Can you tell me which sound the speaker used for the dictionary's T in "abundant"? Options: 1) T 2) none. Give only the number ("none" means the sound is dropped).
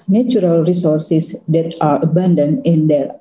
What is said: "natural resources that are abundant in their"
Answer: 2